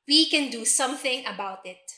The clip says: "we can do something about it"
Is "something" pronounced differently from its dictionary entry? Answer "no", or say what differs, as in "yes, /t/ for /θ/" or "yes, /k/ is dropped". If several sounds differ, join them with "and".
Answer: no